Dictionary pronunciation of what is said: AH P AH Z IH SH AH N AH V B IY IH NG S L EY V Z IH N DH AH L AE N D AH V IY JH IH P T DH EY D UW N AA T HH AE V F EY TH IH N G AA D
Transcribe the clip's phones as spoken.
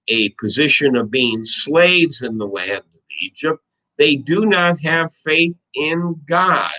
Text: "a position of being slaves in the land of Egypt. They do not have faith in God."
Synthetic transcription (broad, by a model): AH P AH Z IH SH AH N AH V B IY IH NG S L EY V Z IH N DH AH L AE N D AH V IY JH IH P T DH EY D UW N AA T HH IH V F EY TH IH N G AA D